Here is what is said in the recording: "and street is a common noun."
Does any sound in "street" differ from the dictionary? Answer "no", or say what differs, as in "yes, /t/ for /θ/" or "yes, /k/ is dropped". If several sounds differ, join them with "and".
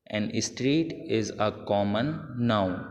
no